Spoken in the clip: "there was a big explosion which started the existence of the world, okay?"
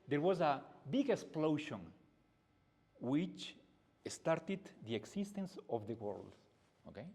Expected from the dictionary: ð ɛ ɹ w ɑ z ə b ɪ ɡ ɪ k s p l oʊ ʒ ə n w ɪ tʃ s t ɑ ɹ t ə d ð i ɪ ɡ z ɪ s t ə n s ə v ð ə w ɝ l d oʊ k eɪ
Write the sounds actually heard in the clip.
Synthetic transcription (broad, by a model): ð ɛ ɹ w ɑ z ə b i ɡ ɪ k s p l oʊ ʃ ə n w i tʃ s t ɑ ɹ t ə d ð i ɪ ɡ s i s t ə n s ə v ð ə w ɝ l d oʊ k eɪ